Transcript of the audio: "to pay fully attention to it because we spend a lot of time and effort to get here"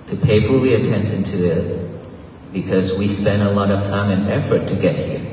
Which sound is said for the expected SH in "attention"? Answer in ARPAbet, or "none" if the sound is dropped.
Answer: S